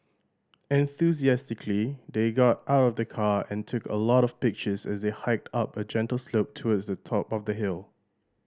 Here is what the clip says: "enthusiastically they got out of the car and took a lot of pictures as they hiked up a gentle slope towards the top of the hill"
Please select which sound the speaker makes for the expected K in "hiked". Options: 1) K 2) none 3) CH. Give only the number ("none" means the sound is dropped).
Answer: 1